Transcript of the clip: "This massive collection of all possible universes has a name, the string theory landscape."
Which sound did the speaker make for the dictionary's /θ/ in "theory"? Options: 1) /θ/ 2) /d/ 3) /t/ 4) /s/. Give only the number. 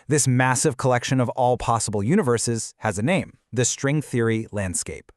1